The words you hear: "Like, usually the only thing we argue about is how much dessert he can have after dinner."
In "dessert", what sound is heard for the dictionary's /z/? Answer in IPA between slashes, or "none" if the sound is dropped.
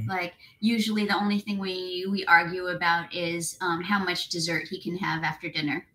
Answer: /z/